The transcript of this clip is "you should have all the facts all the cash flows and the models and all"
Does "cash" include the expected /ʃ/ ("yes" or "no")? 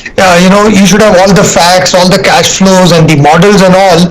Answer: yes